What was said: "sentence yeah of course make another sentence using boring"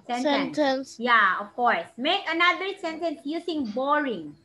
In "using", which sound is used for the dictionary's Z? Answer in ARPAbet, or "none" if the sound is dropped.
S